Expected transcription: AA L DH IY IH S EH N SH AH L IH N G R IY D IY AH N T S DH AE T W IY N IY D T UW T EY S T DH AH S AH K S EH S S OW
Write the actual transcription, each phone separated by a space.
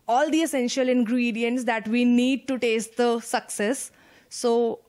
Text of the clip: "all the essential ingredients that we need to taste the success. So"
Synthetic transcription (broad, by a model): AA L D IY IH S EH N SH AH L IH N G R IY D IY AH N T S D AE T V IY N IY D T UW T EY S T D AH S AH K S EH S S OW